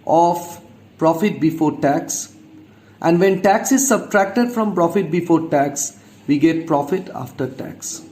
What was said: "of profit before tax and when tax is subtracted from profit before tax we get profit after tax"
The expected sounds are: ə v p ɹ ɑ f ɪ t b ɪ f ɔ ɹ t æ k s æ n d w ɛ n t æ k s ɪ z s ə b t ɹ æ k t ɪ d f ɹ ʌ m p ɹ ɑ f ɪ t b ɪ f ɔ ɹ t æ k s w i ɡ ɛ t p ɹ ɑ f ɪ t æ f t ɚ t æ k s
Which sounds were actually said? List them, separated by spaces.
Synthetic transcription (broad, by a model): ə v p ɹ ɑ f ɪ t b ɪ f ɔ ɹ t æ k s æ n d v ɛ n t æ k s ɪ z s ə b t ɹ æ k t ɪ d f ɹ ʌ m p ɹ ɑ f ɪ t b ɪ f ɔ ɹ t æ k s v i ɡ ɛ t p ɹ ɑ f ɪ t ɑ f t ɚ t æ k s